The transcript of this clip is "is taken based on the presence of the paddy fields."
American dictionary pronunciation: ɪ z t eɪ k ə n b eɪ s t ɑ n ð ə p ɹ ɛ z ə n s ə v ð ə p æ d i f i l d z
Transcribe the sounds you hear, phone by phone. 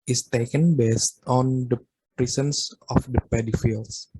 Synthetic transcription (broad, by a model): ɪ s t eɪ k ə n b eɪ s t ɑ n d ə p ɹ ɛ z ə n s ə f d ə p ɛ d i f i l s